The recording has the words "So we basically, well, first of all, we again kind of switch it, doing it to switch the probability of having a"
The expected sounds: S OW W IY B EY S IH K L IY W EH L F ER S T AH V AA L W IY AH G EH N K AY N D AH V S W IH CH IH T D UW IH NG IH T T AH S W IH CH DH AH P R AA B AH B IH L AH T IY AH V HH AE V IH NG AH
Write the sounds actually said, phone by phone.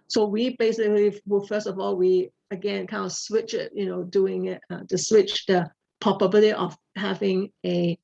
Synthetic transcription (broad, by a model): S OW W IY B EY S IH K L IY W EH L F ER S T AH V AA L W IY AH G EH N K AY N D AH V S W IH CH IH T D UW IH NG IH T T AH S W IH CH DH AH P AA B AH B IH L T IY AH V HH AE V IH NG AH